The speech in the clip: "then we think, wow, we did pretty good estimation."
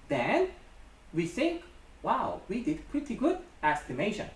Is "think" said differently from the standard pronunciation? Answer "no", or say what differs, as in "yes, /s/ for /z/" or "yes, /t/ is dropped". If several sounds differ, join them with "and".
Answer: no